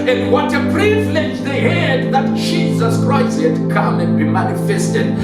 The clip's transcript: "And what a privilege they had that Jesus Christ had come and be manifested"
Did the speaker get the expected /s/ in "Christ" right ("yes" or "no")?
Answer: no